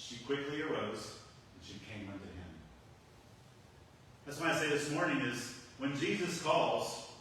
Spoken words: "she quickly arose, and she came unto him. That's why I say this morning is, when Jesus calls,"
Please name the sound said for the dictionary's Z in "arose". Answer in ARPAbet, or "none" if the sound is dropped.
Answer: Z